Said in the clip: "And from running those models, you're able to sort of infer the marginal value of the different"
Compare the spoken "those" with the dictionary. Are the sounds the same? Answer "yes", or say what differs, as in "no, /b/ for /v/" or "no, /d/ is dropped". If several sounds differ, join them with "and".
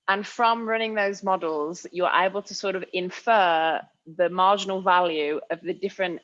yes